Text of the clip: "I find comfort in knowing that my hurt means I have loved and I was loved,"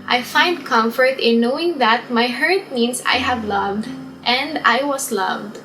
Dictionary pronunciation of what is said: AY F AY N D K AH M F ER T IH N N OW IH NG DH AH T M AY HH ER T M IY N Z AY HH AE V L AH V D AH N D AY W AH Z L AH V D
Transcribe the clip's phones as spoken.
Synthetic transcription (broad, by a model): AY F AY N D K AH M F ER T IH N N OW IH NG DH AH T M AY HH ER T M IY N S AY HH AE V L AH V D AH N D AY W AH S L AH V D